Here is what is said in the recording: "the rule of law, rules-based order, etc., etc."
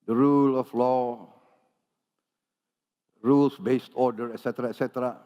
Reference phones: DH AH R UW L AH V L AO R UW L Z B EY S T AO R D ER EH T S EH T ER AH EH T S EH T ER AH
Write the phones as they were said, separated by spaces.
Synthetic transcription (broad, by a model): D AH R UW L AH F L AO R UW L S B EY S T AO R D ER EH T S EH T ER AH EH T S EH T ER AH